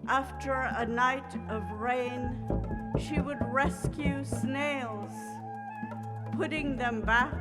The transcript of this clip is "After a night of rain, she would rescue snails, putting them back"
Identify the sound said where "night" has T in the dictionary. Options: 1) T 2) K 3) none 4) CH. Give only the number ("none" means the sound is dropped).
1